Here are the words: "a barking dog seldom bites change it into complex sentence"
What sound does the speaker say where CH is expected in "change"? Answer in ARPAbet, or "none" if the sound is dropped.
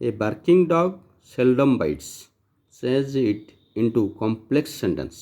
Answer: S